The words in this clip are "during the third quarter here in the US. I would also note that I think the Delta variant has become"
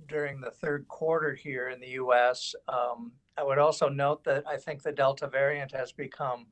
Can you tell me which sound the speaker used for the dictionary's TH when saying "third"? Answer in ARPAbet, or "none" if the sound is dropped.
TH